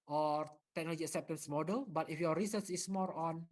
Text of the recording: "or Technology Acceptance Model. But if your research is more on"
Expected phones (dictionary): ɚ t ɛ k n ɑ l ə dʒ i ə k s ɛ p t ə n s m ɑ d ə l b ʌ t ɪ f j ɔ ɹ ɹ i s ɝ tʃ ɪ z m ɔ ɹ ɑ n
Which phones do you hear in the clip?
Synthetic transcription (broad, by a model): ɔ t ɛ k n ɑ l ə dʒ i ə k s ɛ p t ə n s m ɑ d ə l b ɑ t ɪ f j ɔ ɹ ɹ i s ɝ s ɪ s m ɔ ɹ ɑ n